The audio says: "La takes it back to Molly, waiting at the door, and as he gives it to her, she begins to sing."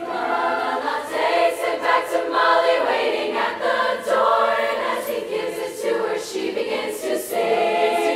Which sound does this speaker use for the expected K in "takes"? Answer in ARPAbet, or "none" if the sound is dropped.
none